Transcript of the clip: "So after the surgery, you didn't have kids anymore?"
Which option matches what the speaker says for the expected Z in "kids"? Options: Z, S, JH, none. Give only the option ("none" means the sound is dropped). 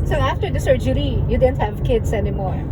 S